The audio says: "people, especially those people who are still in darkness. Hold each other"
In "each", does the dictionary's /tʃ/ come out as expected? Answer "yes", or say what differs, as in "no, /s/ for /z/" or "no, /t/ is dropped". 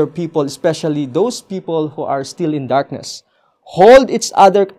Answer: no, /s/ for /tʃ/